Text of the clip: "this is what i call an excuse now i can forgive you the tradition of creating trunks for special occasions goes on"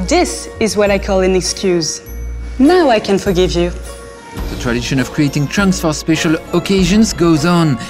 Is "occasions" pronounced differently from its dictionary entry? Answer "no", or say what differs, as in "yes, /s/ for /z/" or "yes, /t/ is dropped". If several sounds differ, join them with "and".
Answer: no